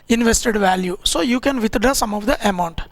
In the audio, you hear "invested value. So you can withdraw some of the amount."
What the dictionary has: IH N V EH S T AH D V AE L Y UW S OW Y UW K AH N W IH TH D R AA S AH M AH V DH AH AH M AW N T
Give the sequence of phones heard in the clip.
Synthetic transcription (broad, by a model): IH N V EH S T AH D V AE L Y UW S OW Y UW K AH N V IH T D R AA S AH M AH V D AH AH M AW N T